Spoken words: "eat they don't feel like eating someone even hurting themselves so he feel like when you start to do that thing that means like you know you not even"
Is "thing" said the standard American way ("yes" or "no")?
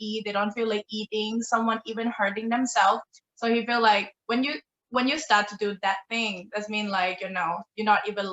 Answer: yes